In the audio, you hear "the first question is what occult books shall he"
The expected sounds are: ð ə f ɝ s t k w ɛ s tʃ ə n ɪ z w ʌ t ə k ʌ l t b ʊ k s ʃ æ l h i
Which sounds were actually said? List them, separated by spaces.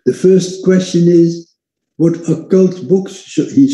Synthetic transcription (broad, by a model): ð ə f ɝ s t k w ɛ s tʃ ə n ɪ z w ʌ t ə k ʌ l t b ʊ k s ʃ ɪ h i